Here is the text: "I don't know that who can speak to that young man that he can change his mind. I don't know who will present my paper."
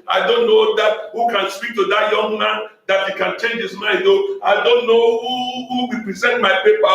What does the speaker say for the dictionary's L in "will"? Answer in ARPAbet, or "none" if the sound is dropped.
W